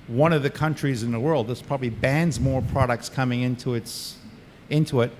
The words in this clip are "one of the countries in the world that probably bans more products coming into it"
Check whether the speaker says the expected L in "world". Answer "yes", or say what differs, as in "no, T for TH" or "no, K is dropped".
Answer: yes